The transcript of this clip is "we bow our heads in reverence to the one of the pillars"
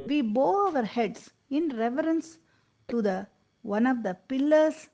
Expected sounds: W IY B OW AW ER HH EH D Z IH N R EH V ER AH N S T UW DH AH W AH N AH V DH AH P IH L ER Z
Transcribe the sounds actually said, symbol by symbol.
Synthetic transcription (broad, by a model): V IY B OW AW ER HH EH D S IH N R EH V ER AH N S T UW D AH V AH N AH V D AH P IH L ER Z